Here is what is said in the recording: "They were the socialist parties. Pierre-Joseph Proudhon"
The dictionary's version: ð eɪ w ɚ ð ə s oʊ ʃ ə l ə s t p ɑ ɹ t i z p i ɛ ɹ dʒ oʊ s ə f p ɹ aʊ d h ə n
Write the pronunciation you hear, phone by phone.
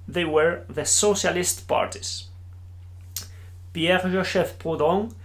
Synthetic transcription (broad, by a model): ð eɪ w ɚ ð ə s oʊ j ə l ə s t p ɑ ɹ t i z p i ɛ ɹ ʒ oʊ ʃ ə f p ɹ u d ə